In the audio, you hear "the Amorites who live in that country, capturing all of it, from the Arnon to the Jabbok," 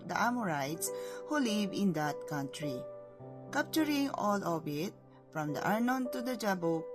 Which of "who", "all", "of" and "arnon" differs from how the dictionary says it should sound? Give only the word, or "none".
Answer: of